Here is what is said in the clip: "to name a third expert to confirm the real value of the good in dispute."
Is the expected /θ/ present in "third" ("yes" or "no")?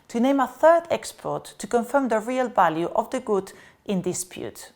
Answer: yes